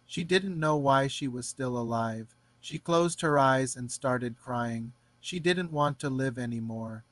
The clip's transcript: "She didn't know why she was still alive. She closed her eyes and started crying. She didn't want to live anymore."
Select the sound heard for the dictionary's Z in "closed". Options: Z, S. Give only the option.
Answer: Z